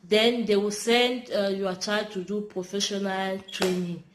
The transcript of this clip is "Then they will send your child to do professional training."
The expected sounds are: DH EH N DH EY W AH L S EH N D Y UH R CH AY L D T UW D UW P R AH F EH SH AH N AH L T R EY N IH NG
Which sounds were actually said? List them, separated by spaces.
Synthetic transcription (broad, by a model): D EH N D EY W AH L S EH N D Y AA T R AY D T UW D UW P R AH F EH SH AH N AH L T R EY N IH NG